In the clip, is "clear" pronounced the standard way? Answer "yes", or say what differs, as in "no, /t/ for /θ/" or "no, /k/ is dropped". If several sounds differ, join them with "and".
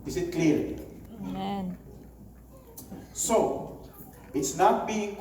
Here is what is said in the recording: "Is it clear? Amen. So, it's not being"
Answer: no, /l/ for /ɹ/